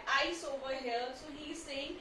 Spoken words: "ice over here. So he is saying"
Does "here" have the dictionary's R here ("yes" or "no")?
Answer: no